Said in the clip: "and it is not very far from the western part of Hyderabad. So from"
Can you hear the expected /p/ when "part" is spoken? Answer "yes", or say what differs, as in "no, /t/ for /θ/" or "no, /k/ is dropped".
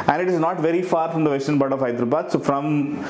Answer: no, /b/ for /p/